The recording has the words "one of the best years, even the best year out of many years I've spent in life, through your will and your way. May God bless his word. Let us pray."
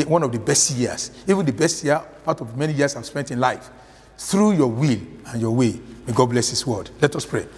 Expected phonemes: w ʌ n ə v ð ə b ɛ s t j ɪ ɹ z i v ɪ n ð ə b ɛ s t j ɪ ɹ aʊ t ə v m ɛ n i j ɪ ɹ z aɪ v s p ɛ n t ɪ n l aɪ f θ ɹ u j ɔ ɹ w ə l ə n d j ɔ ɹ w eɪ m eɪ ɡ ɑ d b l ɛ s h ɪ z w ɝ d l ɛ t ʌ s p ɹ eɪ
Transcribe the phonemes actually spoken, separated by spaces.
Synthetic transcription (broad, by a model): w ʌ n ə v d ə b ɛ s t j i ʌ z i v ɪ n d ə b ɛ s t j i aʊ t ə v m ɛ n i j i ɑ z aɪ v s p ɛ n t ɪ n l aɪ f θ ɹ u j ɔ w ə l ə n j ɔ w eɪ m eɪ ɡ ɑ d b l ɛ s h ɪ s w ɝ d l ɛ t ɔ s p ɹ eɪ